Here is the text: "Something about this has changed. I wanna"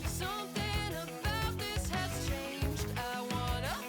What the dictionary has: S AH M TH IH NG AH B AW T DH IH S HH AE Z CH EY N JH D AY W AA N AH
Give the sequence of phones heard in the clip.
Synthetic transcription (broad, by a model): S AH M TH IH NG AH B AW T DH IH S HH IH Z CH EY N JH D AY W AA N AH